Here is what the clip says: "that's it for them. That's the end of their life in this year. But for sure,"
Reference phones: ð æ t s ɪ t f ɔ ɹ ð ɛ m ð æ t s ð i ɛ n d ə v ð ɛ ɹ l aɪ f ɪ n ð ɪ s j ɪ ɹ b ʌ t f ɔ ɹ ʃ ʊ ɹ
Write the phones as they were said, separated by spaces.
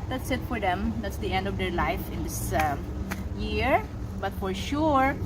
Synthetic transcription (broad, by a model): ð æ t s ɪ t f ɔ ɹ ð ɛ m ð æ t s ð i ɛ n d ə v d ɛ ɹ l aɪ f ɪ n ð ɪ s j ɪ ɹ b ʌ t f ɔ ɹ ʃ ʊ ɹ